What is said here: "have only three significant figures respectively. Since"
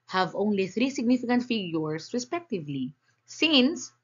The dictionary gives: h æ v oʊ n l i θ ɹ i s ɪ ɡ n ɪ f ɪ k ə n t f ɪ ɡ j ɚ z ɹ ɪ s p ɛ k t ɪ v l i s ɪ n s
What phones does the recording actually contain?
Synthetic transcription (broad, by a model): h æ v oʊ n l i θ ɹ i s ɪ ɡ n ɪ f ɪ k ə n t f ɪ ɡ j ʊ s ɹ ɪ s p ɛ k t ɪ v l i s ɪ n s